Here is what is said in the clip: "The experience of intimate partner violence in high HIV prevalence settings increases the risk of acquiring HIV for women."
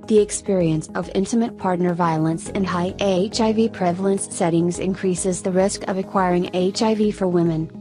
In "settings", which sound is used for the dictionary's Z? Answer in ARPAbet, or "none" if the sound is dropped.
Z